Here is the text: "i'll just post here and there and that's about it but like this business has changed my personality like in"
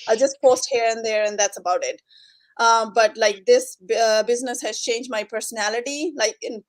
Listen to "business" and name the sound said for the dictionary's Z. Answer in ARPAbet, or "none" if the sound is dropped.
Z